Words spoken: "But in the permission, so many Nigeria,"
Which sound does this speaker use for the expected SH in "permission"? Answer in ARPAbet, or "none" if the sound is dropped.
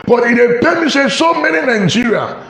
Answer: S